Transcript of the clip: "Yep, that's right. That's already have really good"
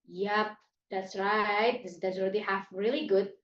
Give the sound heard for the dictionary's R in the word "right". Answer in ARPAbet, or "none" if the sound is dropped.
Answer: R